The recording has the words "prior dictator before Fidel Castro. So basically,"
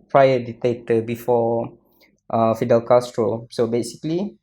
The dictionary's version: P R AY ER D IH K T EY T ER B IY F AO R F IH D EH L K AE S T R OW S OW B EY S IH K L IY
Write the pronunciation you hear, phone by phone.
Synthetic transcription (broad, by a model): P R AY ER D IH T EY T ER B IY F AO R F IH D EH L K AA S T R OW S OW B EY S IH K L IY